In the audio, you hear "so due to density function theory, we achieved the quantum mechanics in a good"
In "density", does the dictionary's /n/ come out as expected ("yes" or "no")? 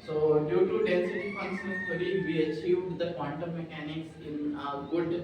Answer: no